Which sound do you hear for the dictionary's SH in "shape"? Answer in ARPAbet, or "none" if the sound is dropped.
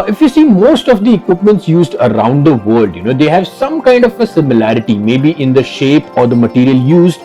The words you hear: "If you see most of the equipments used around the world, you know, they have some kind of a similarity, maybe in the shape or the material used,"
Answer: SH